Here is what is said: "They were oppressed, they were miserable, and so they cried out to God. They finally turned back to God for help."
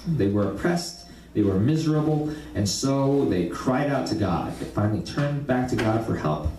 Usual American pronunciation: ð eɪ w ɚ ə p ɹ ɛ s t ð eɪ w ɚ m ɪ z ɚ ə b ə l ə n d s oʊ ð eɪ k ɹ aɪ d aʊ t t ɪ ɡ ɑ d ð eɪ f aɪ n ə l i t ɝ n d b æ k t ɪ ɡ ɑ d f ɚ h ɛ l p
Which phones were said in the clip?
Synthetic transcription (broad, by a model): ð eɪ w ɚ ə p ɹ ɛ s t ð eɪ w ɚ m ɪ z ɚ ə b l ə n s oʊ ð eɪ k ɹ aɪ d aʊ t t ɪ ɡ ɑ d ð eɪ f aɪ n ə l i t ɝ n b æ k t ɪ ɡ ɑ d f ɚ h ɛ l p